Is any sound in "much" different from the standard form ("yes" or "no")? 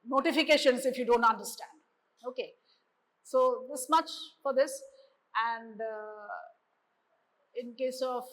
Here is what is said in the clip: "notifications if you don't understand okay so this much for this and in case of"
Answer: no